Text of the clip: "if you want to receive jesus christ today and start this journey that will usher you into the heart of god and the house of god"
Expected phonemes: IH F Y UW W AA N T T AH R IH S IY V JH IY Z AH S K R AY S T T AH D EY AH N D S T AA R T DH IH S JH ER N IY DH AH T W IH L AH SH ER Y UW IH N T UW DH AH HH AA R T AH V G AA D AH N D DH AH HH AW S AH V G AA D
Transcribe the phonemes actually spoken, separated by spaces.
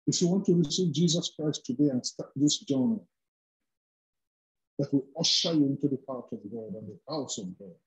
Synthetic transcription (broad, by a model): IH F Y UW W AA N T T AH R IH S IY V JH IY Z AH S K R AY S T T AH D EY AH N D S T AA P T DH IH S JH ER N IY DH AH T W IH L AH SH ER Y IH N T UW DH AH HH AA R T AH V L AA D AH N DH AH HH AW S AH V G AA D